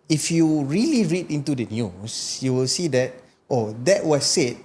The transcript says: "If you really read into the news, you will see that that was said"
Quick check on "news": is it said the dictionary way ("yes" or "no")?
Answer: no